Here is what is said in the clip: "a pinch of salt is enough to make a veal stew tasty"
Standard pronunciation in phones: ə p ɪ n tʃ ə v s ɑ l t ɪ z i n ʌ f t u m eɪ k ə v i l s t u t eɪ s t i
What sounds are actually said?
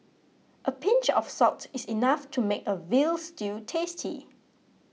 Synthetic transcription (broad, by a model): ə p ɪ n tʃ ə f s ɑ t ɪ s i n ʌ f t u m eɪ k ə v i l s t u t eɪ s t i